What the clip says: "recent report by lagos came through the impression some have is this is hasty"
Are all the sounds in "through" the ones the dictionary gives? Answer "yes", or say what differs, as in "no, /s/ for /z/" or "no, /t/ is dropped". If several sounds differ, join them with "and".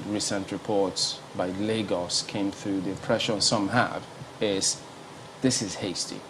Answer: yes